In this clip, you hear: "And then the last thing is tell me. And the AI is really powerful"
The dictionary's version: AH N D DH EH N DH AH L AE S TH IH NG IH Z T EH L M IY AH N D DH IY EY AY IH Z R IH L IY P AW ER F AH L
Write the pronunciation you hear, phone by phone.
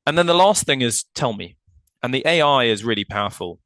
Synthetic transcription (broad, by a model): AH N DH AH N DH AH L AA S TH IH NG IH Z T EH L M IY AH N DH IY EY AY IH Z R IH L IY P AW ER F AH L